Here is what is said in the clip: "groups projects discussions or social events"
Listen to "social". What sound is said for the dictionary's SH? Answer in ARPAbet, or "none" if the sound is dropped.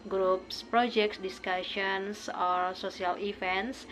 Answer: S